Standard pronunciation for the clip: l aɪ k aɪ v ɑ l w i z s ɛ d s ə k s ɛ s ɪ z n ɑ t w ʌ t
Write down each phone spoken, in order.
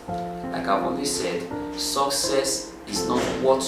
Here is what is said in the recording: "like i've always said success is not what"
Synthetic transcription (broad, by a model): l aɪ k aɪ w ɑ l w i s ɛ d s ə k s ɛ s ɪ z n ɑ t w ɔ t